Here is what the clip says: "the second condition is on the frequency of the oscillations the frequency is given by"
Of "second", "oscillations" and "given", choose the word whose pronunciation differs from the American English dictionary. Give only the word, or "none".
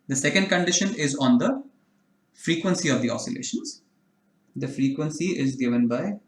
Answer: none